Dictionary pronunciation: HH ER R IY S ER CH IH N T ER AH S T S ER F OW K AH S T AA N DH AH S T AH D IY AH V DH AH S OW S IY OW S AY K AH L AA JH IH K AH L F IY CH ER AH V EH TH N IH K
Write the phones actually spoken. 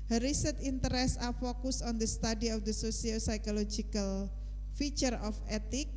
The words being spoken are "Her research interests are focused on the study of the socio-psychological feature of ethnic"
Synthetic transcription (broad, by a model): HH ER R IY S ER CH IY N T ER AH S S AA F OW K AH S AA N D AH S T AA D IY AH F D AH S OW S IY OW S AY K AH L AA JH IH K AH L F IY CH ER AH F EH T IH K